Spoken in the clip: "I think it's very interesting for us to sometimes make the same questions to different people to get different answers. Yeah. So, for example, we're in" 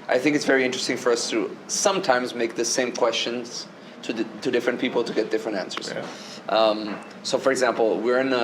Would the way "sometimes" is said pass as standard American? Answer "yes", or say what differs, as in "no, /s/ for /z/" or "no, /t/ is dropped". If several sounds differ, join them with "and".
yes